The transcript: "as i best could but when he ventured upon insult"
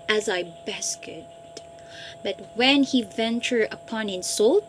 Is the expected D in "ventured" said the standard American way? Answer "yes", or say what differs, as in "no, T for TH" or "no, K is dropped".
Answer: no, D is dropped